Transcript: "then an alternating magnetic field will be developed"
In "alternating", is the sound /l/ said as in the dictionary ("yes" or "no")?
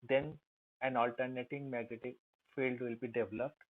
yes